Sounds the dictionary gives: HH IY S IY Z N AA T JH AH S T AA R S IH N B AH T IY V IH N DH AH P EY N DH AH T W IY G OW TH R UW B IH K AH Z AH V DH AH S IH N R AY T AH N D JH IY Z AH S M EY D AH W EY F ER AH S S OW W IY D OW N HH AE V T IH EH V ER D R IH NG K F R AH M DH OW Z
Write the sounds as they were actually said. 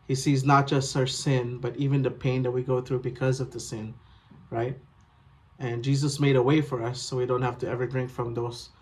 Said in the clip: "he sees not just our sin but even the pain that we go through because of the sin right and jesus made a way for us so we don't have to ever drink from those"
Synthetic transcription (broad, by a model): HH IY S IY Z N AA T JH AH S T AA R S IH N B AH T IY V IH N DH AH P EY N DH AH T W IY G OW TH R UW B IH K AH Z AH V DH AH S IH N R AY T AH N JH IY Z AH S M EY D AH W EY F ER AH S S OW W IY D OW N HH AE F T IH EH V ER D R IH NG K F R AH M DH OW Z